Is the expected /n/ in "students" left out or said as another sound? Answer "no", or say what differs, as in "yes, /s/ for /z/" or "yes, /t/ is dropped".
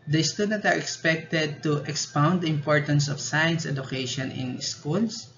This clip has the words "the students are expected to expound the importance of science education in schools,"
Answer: yes, /n/ is dropped